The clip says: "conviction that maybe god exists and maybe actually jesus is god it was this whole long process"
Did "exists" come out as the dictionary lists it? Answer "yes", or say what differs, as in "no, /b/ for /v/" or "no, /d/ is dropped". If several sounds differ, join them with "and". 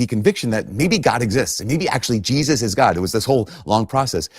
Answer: yes